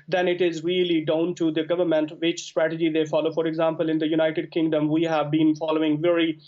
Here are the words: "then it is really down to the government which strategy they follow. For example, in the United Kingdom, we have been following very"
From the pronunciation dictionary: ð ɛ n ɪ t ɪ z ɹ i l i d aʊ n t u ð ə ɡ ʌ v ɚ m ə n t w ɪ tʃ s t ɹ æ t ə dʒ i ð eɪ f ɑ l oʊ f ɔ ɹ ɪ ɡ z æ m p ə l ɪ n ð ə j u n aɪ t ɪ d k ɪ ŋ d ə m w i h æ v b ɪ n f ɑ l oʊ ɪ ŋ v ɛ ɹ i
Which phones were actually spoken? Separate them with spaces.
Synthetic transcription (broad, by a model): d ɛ n ɪ t ɪ z ɹ i l i d aʊ n t u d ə ɡ ʌ v ɚ m ə n t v ɪ tʃ s t ɹ æ t ə dʒ i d eɪ f ɑ l oʊ f ɔ ɹ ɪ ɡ z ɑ m p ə l ɪ n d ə j u n aɪ t ɪ d k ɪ ŋ d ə m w i h æ v b ɪ n f ɑ l oʊ ɪ ŋ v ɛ ɹ i